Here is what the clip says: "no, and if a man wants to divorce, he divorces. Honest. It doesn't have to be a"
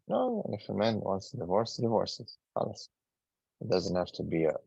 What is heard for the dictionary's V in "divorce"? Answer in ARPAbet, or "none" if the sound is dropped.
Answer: V